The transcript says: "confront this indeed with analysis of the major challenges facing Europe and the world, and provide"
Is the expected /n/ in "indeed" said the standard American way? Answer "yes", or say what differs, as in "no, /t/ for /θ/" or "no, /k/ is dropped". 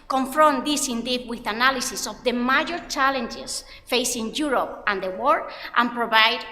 yes